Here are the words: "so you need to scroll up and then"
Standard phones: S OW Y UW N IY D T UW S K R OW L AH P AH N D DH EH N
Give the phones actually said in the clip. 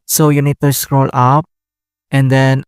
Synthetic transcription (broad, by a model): S OW Y UW N IY D T UW S K R OW L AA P AH N D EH N